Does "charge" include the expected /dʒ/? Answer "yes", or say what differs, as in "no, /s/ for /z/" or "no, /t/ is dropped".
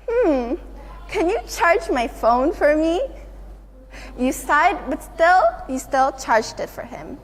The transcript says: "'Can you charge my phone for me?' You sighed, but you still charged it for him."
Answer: yes